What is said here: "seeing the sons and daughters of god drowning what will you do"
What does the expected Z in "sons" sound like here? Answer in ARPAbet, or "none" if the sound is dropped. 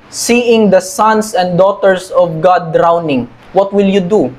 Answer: S